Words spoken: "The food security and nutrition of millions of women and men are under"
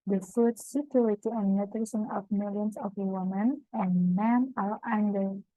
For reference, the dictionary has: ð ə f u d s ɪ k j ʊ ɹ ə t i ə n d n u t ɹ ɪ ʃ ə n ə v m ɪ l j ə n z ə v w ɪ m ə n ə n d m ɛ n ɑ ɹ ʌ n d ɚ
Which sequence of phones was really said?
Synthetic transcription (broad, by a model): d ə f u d s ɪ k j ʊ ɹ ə t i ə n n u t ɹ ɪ s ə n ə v m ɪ l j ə n s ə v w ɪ m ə n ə n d m ɛ n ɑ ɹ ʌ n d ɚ